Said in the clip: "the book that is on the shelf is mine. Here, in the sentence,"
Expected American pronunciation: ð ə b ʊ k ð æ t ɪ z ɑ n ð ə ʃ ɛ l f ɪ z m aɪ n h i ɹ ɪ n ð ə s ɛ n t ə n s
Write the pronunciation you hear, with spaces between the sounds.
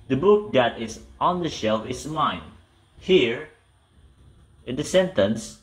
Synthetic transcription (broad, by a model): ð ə b ʊ k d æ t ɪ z ɑ n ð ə ʃ ɛ l f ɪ s m aɪ n h i ɹ ɪ n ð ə s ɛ n t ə n s